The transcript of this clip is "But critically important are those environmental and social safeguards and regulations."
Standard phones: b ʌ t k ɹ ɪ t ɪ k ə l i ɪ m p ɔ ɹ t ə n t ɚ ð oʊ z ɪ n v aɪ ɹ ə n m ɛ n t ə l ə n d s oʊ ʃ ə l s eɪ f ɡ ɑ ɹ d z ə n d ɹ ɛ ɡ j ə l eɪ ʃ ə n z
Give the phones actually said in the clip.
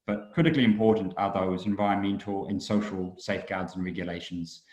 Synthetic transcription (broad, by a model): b ʌ t k ɹ ɪ t ɪ k ə l i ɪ m p ɔ t n t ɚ ð oʊ z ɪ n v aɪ ə m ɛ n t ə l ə n s oʊ ʃ ə l s eɪ f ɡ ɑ d z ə n ɹ ɛ ɡ j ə l eɪ ʃ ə n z